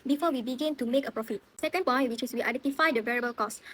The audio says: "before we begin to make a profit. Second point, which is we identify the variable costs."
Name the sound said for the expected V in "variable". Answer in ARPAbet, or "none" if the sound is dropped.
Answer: V